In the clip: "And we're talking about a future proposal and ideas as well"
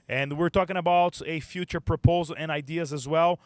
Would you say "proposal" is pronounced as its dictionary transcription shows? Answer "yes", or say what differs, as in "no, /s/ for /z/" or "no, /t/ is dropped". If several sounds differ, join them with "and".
yes